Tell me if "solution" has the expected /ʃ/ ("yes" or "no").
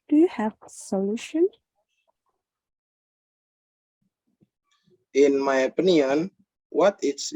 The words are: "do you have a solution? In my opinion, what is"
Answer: yes